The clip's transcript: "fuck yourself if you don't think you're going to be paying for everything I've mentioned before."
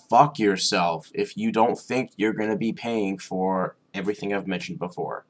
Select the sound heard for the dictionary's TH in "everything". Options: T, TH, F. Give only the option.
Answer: TH